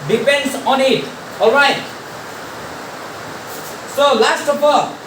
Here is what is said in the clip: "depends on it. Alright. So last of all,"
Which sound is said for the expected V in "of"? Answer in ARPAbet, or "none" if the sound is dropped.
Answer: P